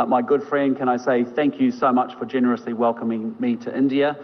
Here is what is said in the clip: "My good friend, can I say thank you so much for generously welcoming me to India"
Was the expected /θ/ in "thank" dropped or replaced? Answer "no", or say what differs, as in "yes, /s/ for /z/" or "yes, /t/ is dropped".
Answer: no